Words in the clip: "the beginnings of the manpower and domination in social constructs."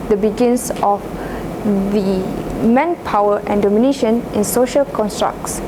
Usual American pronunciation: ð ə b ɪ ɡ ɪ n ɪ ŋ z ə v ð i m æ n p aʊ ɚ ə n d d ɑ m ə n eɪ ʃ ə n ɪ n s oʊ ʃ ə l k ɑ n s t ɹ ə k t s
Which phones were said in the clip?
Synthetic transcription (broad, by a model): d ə b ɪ ɡ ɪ n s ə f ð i m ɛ n p aʊ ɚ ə n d d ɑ m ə n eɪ ʃ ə n ɪ n s oʊ ʃ ə l k ɑ n s t ɹ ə k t s